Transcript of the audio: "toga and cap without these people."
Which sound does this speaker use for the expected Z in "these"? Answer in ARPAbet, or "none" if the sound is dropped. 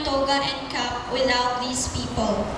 S